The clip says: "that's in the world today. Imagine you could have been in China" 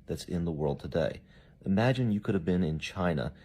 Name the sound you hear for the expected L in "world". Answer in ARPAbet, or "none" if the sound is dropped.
L